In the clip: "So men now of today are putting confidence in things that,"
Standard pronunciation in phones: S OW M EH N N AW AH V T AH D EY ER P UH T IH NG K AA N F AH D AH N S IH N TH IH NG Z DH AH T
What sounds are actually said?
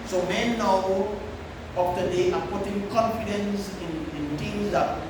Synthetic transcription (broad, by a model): S OW M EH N N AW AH F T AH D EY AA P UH T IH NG K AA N F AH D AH N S IH N T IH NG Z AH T